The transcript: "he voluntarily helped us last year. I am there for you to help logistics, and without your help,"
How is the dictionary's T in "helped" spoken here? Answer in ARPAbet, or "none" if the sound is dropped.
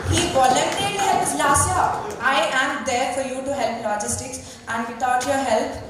none